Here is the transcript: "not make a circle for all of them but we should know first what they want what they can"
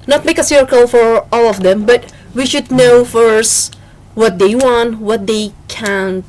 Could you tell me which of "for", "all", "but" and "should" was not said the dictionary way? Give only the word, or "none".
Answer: none